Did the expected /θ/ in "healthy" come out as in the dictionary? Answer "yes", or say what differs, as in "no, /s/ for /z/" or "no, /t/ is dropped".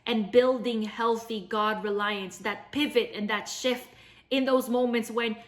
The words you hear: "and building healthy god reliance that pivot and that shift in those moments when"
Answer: yes